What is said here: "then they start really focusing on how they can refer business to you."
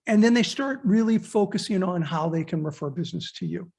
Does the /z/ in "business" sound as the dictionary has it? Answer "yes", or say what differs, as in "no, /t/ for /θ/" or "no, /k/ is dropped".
yes